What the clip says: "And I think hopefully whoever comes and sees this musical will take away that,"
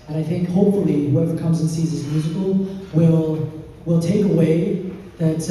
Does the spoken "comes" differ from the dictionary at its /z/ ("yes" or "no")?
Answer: no